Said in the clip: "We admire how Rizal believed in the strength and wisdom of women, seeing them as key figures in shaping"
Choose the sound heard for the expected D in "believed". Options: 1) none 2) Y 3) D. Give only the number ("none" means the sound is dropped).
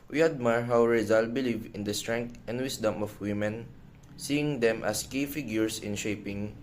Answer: 1